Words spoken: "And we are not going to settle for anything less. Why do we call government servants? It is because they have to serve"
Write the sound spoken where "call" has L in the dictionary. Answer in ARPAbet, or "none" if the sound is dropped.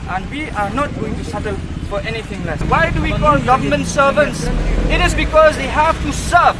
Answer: N